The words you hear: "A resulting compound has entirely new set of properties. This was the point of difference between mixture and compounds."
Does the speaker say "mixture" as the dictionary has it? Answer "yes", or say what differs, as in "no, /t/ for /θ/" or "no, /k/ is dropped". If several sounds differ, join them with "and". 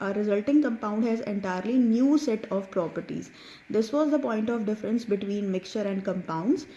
yes